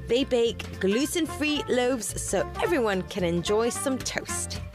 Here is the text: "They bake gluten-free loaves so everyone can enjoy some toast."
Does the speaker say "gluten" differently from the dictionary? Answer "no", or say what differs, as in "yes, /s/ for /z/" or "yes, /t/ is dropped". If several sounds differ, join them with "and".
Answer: yes, /s/ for /t/